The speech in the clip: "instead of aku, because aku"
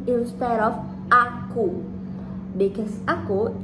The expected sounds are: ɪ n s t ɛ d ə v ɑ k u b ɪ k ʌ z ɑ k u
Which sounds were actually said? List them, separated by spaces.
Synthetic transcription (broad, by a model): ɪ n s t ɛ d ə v ɑ k u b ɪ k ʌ s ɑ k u